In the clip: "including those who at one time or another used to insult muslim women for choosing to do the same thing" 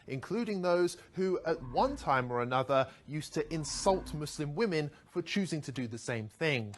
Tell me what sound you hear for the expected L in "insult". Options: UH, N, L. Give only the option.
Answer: L